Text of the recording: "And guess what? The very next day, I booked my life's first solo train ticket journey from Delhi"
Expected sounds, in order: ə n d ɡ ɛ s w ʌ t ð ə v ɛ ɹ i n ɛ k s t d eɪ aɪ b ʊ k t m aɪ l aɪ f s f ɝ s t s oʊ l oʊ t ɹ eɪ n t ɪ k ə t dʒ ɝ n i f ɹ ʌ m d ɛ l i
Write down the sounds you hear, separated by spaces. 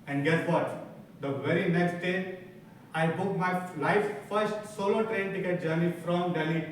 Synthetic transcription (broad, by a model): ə n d ɡ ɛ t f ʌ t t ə v ɛ ɹ i n ɛ k s t d eɪ aɪ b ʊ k m aɪ l aɪ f f ɝ s t s oʊ l oʊ t ɹ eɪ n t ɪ k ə t dʒ ɝ n i f ɹ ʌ m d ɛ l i